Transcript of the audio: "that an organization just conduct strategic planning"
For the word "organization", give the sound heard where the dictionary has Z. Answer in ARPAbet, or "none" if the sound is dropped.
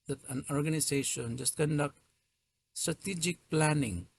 S